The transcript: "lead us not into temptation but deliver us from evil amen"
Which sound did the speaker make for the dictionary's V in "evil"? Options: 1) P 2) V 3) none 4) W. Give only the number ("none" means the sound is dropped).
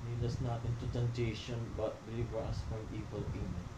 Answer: 4